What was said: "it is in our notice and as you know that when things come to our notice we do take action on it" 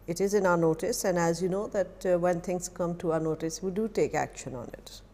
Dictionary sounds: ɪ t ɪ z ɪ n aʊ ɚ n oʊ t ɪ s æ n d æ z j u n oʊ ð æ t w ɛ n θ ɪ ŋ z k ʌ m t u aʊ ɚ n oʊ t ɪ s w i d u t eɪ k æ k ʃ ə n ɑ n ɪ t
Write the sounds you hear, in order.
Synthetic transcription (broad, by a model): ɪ t ɪ z ɪ n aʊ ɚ n oʊ t ɪ s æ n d æ z j u n oʊ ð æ t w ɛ n t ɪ ŋ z k ʌ m t u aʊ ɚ n oʊ t ɪ s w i d u t eɪ k æ k ʃ ə n ɑ n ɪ t